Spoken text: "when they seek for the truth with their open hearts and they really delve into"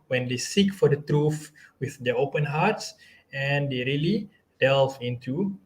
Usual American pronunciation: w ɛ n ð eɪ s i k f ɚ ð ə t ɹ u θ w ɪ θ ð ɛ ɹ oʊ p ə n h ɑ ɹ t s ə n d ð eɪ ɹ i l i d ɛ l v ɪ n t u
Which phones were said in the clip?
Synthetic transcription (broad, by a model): w ɛ n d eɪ s i k f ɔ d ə t ɹ u f w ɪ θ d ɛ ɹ oʊ p ə n h ɑ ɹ t s ə n d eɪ ɹ i l i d ɛ l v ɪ n t u